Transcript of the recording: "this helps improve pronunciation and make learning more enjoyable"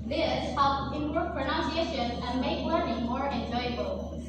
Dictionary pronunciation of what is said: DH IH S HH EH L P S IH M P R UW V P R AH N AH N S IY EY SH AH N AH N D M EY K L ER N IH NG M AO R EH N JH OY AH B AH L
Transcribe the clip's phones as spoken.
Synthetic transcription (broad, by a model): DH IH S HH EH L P IH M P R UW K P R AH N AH N S IY EY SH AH N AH N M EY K W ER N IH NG M AO R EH N JH OY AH B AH L